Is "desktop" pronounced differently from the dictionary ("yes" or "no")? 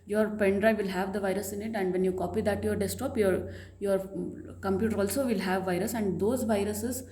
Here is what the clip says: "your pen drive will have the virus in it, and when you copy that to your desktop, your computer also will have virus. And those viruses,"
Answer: yes